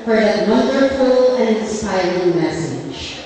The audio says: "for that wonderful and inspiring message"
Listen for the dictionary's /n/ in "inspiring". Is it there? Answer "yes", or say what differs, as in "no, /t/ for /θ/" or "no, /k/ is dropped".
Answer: no, /n/ is dropped